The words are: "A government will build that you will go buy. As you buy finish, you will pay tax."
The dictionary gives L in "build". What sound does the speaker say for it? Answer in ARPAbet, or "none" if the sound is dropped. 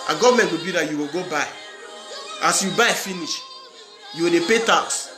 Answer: none